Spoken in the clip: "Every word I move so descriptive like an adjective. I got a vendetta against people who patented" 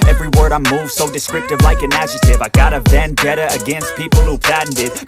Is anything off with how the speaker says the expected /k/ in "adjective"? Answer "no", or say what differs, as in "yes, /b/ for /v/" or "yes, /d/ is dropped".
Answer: yes, /k/ is dropped